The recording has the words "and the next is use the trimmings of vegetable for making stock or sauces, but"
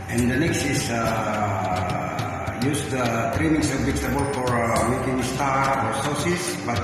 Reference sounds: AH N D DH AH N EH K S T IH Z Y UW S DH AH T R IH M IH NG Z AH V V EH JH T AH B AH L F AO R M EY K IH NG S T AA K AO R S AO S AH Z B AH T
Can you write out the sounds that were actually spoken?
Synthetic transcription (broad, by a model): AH N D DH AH N EH K S T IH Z Y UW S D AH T R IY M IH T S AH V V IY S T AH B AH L F AO R M EY K IH NG S T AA AO R S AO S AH S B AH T